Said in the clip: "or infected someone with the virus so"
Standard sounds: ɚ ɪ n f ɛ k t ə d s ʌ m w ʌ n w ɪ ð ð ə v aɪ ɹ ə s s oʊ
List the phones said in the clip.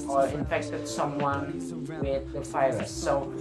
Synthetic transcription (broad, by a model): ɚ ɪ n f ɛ k t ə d s ʌ m w ʌ n w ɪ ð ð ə f aɪ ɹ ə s s oʊ